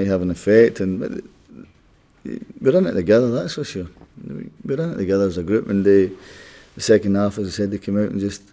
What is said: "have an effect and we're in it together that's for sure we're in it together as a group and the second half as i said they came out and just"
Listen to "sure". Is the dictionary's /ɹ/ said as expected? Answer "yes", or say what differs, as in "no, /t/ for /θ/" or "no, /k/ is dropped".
no, /w/ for /ɹ/